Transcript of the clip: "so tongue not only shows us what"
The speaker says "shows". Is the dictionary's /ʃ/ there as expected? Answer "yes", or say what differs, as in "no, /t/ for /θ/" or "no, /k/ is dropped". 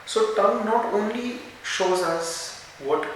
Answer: yes